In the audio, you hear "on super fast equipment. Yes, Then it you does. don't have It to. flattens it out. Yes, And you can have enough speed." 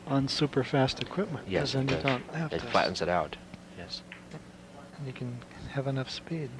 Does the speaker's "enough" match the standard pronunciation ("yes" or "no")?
yes